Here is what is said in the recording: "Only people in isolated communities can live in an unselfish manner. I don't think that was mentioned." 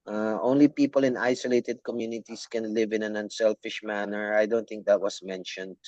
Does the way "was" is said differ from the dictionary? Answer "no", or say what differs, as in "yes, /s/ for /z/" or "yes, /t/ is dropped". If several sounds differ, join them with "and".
yes, /s/ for /z/